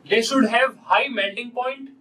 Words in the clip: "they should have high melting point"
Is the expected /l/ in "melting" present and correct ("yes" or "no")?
no